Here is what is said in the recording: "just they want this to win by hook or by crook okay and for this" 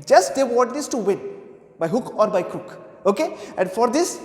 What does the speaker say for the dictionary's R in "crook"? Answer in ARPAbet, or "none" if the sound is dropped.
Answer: none